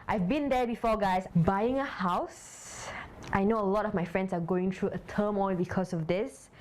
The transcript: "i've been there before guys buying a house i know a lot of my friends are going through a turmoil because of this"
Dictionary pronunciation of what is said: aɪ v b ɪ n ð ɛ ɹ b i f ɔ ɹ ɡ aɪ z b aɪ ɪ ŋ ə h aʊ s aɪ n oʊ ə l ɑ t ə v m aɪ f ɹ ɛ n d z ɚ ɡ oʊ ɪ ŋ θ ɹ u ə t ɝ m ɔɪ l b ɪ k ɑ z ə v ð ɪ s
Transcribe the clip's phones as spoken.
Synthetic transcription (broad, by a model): aɪ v b ɪ n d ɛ b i f ɔ ɡ aɪ s b aɪ ɪ ŋ ə h aʊ s aɪ n oʊ ə l ɑ t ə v m aɪ f ɹ ɛ n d s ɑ ɡ oʊ ɪ ŋ t ɹ u ə t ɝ m ɔɪ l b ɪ k ɑ s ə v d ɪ s